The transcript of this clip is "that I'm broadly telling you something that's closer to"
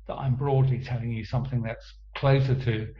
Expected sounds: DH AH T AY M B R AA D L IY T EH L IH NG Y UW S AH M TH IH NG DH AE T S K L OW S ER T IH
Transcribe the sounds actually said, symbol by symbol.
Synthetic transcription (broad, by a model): DH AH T AY M B R AA D L IY T EH L IH NG Y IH S AH M TH IH NG DH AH T S K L OW S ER T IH